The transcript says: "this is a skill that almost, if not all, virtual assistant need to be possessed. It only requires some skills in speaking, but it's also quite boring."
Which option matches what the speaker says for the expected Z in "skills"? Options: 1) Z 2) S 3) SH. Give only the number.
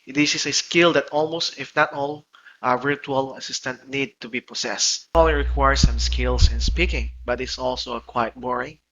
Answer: 2